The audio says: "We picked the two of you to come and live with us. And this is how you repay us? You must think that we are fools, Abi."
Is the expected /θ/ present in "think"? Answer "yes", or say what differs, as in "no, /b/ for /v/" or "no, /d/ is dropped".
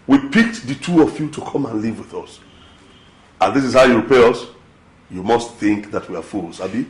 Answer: yes